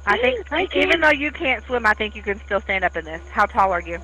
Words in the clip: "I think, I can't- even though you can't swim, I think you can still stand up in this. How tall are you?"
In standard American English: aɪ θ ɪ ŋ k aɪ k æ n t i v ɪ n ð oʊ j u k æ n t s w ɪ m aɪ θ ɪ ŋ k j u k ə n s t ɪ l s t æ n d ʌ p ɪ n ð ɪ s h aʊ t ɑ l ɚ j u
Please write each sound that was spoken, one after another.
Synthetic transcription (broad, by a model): aɪ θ ɪ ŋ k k i v ɪ n ð oʊ j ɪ k æ n t s w ɪ m aɪ θ ɪ ŋ k j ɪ k ə n s t ɪ l s t æ n d ʌ p ɪ n ð ɪ s h aʊ t ɑ l ɚ j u